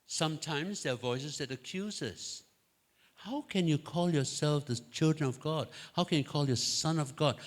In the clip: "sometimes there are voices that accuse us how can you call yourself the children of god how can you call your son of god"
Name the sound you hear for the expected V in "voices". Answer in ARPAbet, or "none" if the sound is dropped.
V